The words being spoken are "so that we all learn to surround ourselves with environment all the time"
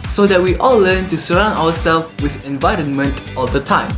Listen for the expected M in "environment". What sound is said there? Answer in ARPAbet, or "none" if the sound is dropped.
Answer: M